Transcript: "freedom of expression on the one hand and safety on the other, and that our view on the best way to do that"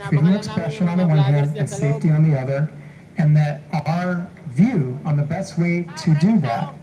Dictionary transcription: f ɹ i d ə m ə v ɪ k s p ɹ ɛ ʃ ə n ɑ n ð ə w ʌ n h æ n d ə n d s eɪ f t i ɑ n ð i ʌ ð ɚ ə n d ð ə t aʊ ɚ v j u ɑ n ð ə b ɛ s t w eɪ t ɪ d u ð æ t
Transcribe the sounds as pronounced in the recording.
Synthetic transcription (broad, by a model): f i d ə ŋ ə ɪ k s p ɹ ɛ ʃ ə n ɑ n ð ə w ʌ n h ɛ d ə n s eɪ f t i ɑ n ð i ʌ ð ɚ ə n ð ə t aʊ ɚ v j u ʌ n ð ə b ɛ s t w eɪ t ɪ d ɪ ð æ t